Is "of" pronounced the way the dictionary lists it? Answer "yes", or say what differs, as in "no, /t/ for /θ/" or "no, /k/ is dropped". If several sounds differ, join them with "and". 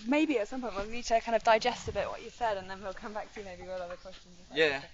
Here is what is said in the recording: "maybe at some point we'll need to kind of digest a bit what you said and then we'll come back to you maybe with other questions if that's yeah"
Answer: yes